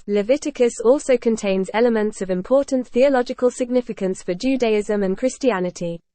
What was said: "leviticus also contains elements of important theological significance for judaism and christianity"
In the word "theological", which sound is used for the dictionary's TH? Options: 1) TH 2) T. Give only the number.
1